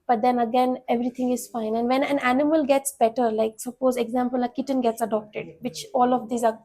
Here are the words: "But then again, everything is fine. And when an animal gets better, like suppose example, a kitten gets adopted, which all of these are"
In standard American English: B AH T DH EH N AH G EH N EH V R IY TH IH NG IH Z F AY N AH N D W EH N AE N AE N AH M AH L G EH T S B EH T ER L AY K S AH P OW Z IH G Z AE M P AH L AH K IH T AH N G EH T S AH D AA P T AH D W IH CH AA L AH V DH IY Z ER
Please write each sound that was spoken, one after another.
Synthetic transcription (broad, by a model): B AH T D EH N AH G EH N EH V R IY T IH NG IH Z F AY N AH N D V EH N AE N AE N AH M AH L G EH T S B EH T ER L AY K S AH P OW Z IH G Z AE M P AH L AH K IH T AH N G EH T S AH D AA P T AH D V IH CH AA L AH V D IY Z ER